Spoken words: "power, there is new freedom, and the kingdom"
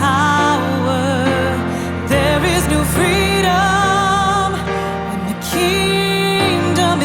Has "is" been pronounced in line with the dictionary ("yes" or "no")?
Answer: yes